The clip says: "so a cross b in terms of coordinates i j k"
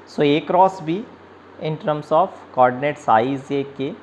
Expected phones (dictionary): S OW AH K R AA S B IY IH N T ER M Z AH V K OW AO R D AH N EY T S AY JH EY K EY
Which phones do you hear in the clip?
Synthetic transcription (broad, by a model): S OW AH K R AA S B IY IH N T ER M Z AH F K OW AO R D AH N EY T S AY Z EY K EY